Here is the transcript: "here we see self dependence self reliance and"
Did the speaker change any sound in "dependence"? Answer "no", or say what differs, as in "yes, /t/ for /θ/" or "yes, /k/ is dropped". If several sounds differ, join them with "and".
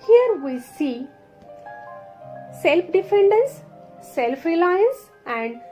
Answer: yes, /f/ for /p/